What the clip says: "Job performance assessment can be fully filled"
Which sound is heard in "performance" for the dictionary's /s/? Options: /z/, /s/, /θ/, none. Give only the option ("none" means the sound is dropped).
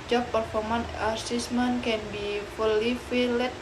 none